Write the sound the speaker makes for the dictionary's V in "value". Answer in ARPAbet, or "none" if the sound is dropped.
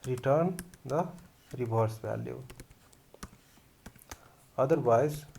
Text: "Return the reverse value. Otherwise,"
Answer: B